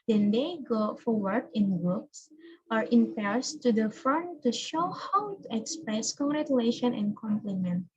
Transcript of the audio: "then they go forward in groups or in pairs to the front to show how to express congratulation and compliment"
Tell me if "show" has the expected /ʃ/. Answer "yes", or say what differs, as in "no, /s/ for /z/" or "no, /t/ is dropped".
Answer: yes